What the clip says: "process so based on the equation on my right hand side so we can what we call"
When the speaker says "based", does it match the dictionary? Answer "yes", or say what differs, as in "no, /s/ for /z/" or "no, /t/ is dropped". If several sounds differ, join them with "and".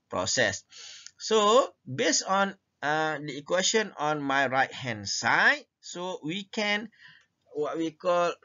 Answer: no, /t/ is dropped